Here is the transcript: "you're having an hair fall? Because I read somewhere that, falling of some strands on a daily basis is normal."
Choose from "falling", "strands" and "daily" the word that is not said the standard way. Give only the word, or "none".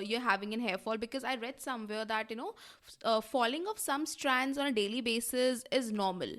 none